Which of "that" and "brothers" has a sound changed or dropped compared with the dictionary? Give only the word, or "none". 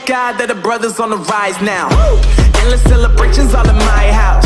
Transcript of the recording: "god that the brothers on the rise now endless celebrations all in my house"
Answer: none